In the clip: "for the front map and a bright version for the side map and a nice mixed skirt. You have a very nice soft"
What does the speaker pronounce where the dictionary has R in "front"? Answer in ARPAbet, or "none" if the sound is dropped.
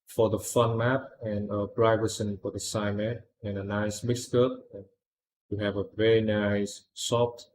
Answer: none